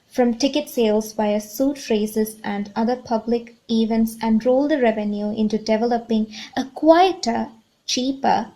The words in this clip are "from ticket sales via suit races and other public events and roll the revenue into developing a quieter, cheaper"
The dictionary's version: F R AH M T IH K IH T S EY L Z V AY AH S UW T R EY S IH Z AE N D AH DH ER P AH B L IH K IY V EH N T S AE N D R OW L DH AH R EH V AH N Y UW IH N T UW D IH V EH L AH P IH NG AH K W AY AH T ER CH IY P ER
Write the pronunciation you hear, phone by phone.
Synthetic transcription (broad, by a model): F R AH M T IH K IH T S EY L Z B AY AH S UW T R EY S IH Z AE N D AH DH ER P AH B L IH K IY V EH N T S AE N D R OW L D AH R EH V AH N Y UW IH N T UW D IH V EH L AH P IH NG AH K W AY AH T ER CH IY P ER